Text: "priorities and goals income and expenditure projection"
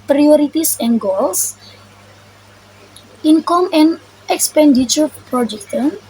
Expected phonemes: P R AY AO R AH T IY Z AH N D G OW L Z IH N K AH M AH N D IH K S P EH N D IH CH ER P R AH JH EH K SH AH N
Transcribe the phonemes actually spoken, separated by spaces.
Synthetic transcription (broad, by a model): P R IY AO R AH T IY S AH N G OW L S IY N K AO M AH N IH K S P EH N D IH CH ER P R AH JH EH K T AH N